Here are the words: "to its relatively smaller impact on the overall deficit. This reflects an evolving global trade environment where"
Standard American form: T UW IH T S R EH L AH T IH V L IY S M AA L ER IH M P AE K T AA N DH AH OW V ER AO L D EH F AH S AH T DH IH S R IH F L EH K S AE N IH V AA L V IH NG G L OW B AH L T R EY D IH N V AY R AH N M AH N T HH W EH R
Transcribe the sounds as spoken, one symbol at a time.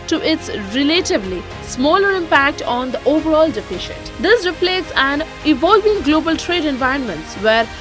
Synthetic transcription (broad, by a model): T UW IH T S R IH L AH T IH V L IY S M AA L ER IH M P AE K T AA N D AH OW V ER AO L D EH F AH SH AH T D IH S R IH P L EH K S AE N IH V AA L V IH NG G L OW B AH L T R EY D IH N V AY R AH N M AH N T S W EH R